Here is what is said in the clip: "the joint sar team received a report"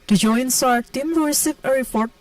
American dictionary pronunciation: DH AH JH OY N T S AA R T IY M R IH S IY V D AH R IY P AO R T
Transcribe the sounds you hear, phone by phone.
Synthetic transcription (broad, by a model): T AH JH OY N S AA R T IY M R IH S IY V AH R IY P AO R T